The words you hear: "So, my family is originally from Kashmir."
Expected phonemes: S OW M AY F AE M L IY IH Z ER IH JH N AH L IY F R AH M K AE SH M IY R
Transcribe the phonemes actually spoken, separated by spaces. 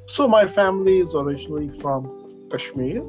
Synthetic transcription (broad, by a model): S OW M AY F AE M L IY IH Z ER IH JH N AH L IY F R AH M K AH SH M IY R